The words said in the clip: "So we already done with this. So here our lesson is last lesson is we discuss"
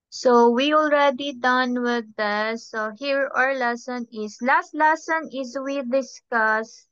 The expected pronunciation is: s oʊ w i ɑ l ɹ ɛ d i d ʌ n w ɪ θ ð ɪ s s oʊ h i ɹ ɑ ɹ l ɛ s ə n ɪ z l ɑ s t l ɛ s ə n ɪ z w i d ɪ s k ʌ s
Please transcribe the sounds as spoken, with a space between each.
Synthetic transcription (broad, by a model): s oʊ w i ɑ l ɹ ɛ d i d ʌ n w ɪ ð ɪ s s oʊ h i ɹ ɑ ɹ l ɛ s ə n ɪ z l ɑ s t l ɛ s ə n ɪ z w i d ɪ s k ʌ s